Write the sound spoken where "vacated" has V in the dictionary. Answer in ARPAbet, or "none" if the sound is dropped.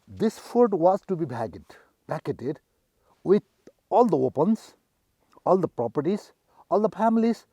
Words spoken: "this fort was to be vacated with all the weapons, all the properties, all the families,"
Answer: B